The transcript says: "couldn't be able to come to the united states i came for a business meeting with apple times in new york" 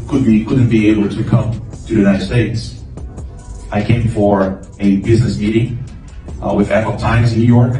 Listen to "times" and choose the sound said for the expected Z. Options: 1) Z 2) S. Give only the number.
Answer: 1